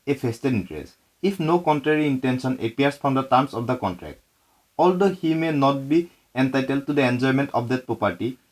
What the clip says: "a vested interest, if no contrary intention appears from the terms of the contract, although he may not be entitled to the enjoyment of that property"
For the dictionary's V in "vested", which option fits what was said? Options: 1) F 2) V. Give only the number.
1